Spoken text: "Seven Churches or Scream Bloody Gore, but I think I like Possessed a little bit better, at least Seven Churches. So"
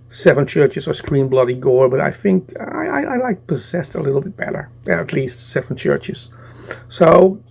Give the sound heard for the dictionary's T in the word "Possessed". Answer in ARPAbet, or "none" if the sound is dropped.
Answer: T